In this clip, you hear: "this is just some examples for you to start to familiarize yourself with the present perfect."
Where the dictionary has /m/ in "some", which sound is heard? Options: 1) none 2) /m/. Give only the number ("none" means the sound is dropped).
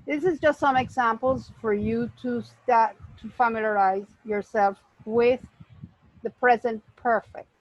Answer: 2